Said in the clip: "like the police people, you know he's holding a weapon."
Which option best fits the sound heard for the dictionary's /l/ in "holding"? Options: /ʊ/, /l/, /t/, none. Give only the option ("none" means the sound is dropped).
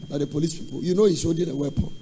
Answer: none